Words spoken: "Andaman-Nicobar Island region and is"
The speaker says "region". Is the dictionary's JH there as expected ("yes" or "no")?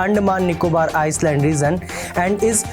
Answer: no